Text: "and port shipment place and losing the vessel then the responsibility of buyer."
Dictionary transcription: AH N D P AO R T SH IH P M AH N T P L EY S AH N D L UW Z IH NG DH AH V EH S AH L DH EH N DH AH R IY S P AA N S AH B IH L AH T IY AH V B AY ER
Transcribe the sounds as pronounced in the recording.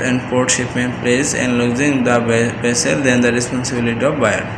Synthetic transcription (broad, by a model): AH N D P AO R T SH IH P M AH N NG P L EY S AH N D L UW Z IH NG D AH B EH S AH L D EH N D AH R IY S P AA N S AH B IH L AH T IY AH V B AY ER